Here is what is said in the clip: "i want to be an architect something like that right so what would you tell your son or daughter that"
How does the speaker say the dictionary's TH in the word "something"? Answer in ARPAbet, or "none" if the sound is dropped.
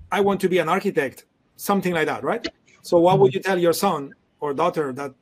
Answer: TH